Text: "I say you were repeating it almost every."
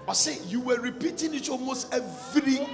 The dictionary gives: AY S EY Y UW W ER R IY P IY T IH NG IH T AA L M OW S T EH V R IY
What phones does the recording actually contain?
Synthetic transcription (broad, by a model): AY S EY Y UW W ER R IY P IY T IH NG IH T AA L M OW S T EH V R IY